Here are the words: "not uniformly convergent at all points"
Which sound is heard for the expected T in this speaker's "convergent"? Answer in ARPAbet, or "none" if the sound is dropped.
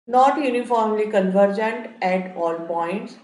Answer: T